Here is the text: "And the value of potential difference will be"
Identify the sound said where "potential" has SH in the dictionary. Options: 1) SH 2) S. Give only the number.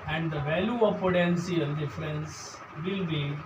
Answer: 2